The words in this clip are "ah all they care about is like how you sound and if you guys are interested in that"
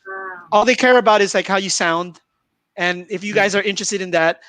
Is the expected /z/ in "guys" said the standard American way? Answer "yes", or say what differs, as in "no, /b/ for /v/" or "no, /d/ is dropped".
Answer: yes